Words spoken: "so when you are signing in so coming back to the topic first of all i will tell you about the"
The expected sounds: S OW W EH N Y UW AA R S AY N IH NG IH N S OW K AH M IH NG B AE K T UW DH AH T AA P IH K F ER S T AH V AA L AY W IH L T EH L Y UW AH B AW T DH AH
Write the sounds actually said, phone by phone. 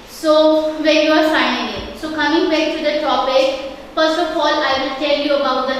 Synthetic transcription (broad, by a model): S OW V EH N Y UW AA R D AY IH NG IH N S OW K AH M IH NG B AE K T UW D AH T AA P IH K F ER S T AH F AA L AY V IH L T EH L Y UW AH B AW T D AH